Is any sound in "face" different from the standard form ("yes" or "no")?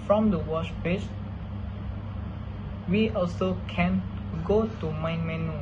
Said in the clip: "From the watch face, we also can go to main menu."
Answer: yes